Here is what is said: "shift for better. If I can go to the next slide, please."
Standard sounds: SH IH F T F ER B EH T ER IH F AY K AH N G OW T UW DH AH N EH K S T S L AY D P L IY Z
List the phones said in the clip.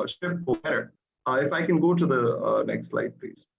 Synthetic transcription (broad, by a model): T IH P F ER B EH T ER IH F AY K AH N G OW T UW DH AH N EH K S T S L AY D P L IY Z